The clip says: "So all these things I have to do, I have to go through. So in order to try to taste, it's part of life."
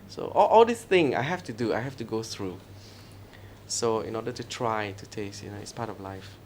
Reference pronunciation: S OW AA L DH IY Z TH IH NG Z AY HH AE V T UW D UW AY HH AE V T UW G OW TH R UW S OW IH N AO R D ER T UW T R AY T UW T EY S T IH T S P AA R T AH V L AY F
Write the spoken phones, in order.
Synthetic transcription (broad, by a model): S OW AA L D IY S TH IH NG AY HH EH F T UW D UW AY HH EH F T UW G OW TH R UW S OW IH N AO D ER T UW T R AY T UW T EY S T IH T S P AA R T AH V L AY F